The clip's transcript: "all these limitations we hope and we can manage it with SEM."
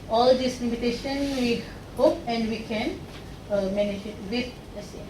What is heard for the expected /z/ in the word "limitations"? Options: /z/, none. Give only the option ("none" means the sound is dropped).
none